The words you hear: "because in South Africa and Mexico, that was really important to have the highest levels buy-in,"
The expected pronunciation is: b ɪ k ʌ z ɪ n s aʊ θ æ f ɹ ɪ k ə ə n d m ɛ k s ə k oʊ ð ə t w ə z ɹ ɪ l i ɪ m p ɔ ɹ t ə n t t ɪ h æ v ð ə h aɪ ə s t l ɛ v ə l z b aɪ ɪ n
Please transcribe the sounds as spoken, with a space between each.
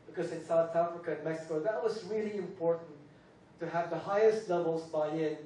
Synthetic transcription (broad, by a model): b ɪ k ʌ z ɪ n s aʊ θ æ f ɹ ɪ k ə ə n m ɛ k s ə k oʊ ð ə t w ə z ɹ ɪ l i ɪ m p ɔ ɹ t n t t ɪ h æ v ð ə h aɪ ə s t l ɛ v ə l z b aɪ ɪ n